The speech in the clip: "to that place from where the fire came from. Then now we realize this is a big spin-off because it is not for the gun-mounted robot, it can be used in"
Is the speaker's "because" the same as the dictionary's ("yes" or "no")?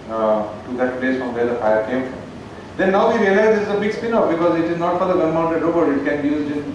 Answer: yes